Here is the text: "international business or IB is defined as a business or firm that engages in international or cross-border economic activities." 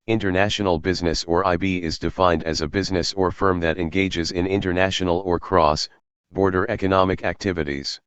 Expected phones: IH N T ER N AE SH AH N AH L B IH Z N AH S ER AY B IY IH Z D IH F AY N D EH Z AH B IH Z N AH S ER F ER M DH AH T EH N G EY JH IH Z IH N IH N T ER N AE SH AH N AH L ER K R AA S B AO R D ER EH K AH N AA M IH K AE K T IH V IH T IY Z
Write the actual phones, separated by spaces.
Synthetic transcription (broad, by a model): IH N T ER N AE SH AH N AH L B IH Z N AH S ER AY B IY IH Z D IH F AY N D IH Z AH B IH Z N AH S ER F ER M DH AH T EH N G EY JH IH Z IH N IH N T ER N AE SH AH N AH L ER K R AA S B AO R D ER EH K AH N AA M IH K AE K T IH V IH T IY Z